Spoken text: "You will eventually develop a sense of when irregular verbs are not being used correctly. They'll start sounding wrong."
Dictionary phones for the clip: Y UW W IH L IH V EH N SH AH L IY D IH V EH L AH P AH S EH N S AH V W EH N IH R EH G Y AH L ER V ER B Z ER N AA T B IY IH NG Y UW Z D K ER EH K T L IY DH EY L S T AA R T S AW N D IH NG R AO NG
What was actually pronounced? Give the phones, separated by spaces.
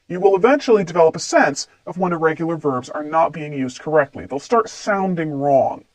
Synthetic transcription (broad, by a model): Y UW W IH L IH V EH N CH L IY D IH V EH L AH P AH S EH N S AH V W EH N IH R EH G Y L ER V ER B Z ER N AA T B IY IH NG Y UW Z D K ER EH K T L IY DH EY L S T AA R T S AW N D IH NG R AO NG